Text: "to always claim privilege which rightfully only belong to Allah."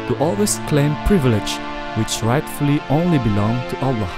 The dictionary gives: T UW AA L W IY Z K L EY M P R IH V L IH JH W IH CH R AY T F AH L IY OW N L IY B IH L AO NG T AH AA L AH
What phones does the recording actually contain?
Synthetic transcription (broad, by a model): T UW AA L W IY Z K L EY M P R IH V L IH JH W IH CH R AY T F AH L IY OW N L IY B IH L AO NG T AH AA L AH